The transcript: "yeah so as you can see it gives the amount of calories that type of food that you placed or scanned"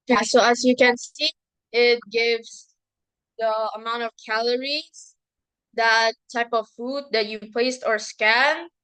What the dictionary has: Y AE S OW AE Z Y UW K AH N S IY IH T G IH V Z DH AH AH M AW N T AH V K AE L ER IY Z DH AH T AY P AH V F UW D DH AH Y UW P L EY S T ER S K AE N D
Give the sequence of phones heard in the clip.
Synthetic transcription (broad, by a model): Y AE S OW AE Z Y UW K AH N S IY IH T G IH V Z DH AH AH M AW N T AH V K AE L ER IY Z DH AH T AY P AH V F UW D DH AH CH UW P L EY S T ER S K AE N